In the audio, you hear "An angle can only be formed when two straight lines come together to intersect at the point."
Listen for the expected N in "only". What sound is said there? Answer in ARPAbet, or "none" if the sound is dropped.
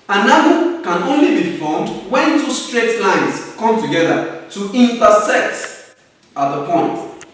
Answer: N